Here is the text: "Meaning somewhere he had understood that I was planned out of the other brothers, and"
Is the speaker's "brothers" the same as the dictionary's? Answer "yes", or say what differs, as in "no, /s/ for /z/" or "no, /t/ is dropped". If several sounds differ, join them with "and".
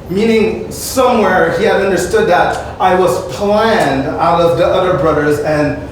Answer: yes